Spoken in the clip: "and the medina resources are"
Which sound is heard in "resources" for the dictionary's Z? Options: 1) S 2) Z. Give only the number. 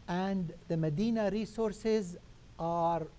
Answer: 2